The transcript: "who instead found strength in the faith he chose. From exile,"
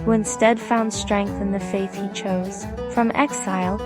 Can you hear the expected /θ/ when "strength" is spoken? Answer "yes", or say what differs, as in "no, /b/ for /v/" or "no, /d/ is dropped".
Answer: yes